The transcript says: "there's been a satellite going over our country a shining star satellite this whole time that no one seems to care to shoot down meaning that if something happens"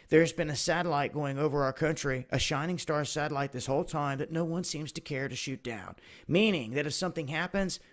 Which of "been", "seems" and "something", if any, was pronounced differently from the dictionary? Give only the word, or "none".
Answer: none